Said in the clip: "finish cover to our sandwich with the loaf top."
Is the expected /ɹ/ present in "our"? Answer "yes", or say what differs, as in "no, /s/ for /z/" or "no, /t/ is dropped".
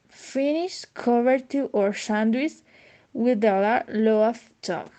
yes